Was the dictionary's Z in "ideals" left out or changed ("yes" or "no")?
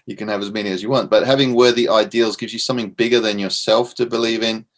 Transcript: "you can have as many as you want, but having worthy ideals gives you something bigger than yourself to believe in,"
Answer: no